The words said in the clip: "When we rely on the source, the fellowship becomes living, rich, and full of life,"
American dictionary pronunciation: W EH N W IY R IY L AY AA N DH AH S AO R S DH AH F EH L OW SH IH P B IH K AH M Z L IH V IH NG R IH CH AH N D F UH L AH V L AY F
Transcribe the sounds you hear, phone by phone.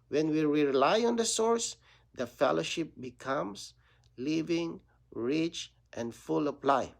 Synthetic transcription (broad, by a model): W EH N W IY R IY L AY AA N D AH S AO R S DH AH F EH L OW SH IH P B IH K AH M S L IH V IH NG R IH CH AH N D F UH L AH P L AY